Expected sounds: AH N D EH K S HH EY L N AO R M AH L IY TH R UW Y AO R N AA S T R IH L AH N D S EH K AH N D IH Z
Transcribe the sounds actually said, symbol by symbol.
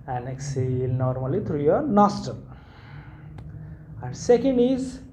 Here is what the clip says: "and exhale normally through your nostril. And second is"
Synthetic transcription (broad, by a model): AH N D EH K S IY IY L N AO R M AH L IY T R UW Y AO R N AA S T IH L AH N D S EH K AH N D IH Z